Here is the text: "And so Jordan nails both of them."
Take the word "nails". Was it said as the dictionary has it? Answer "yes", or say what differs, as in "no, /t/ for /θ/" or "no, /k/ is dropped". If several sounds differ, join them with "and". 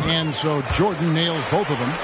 yes